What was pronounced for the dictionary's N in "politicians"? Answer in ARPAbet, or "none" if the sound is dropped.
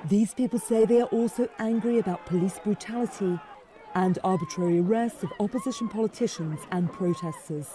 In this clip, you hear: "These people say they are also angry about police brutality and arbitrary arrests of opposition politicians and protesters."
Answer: N